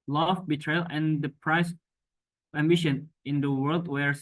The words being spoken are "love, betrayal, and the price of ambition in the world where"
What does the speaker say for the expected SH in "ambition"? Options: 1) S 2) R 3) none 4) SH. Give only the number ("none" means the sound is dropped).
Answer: 4